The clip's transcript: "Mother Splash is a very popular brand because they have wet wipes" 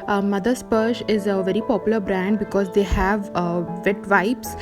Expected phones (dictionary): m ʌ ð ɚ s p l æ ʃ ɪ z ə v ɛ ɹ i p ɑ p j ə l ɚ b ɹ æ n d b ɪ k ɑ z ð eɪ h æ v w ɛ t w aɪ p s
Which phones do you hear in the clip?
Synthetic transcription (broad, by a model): m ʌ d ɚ s p ʌ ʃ ɪ z ə v ɛ ɹ i p ɑ p j ə l ɚ b ɹ æ n d b ɪ k ɑ z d eɪ h æ v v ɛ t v aɪ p s